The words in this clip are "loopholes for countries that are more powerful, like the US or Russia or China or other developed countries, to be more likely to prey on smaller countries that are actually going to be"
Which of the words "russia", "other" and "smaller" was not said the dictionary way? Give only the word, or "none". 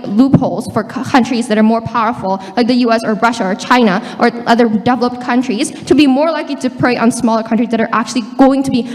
none